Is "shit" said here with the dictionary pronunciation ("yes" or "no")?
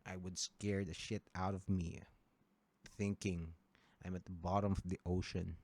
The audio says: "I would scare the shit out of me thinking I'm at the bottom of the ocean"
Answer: yes